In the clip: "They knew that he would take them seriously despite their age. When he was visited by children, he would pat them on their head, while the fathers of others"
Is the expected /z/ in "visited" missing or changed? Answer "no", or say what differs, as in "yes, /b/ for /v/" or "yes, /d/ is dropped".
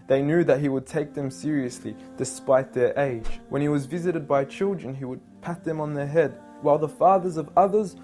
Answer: no